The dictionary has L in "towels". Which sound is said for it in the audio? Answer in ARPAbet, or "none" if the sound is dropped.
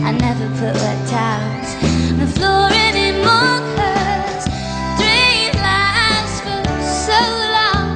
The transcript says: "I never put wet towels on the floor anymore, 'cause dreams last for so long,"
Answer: N